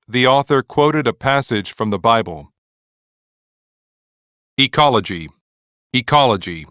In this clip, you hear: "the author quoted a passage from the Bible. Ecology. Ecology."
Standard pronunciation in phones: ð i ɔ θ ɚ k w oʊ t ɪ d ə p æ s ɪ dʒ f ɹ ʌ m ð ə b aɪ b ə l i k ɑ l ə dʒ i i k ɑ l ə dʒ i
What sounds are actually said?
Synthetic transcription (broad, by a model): ð i ɔ θ ɚ k w oʊ t ɪ d ə p æ s ɪ dʒ f ɹ ʌ m ð ə b aɪ b ə l i k ɑ l ə dʒ i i k ɑ l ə dʒ i